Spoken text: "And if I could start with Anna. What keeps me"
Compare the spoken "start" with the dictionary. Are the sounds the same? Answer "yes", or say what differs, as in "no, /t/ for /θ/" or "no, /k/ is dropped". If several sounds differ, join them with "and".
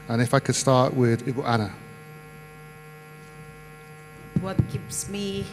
no, /w/ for /ɹ/